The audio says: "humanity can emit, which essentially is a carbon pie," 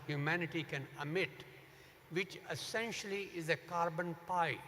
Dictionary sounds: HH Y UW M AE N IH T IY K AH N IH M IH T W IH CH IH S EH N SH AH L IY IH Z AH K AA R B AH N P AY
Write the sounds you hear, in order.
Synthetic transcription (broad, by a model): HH Y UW M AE N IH T IY K AH N IH M IH T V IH CH IH S EH N SH AH L IY IH Z AH K AA R B AH N P AY